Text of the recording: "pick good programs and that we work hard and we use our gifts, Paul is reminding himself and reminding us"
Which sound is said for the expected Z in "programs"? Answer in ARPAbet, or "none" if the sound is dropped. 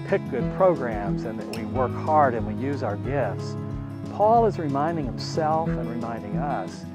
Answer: Z